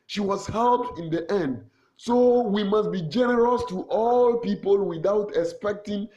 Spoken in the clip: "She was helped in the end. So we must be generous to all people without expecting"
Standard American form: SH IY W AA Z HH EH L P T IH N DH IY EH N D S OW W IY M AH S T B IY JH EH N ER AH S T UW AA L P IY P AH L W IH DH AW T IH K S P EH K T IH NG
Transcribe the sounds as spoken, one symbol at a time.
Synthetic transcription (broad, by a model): SH IY W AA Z HH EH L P IH N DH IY EH N D S OW W IY M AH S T B IY JH EH N ER AH S T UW AA L P IY P AH L W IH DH AW T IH K S P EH K T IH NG